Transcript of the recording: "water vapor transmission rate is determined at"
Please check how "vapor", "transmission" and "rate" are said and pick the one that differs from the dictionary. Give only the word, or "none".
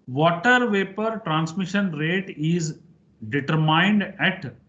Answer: none